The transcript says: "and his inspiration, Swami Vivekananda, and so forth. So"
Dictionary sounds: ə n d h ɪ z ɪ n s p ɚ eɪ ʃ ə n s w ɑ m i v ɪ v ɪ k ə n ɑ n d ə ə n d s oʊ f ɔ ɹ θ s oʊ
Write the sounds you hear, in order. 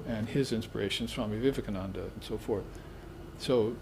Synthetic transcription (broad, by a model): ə n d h ɪ z ɪ n s p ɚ eɪ ʃ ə n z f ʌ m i v ɪ v ɪ k ə n ɑ n d ə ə n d s oʊ f ɔ ɹ θ s oʊ